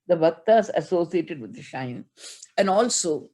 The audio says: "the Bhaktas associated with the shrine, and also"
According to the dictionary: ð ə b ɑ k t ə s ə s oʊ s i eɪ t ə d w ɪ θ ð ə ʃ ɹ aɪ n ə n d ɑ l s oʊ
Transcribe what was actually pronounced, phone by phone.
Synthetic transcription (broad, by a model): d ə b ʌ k t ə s ə s oʊ s i eɪ t ə d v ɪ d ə ʃ aɪ n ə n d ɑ l s oʊ